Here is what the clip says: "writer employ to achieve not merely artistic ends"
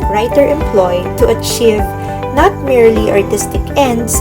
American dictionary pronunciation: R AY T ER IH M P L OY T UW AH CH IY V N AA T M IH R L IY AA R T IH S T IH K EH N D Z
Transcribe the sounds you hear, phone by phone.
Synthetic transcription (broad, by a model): R AY T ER IH M P L OY T UW AH CH IY V N AA T M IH R L IY AA R T IH S T IH K EH N D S